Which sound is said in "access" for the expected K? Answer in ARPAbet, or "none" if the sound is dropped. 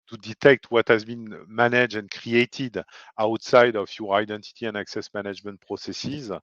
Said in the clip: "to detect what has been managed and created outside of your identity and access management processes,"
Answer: K